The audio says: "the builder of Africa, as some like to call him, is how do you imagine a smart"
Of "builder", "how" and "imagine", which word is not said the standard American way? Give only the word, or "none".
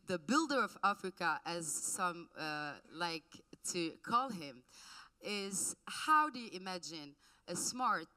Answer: none